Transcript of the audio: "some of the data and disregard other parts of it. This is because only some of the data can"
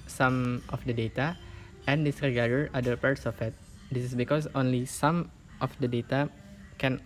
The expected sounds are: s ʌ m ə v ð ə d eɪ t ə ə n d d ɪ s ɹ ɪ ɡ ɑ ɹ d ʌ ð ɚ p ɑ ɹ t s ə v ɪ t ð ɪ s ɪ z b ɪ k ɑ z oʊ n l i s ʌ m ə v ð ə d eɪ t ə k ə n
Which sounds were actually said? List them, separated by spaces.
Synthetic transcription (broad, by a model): s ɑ m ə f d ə d eɪ t ə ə n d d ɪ s ɹ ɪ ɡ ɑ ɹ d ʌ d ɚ p ɑ ɹ t s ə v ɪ t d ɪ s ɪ s b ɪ k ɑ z oʊ n l i s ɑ m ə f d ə d eɪ t ə k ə n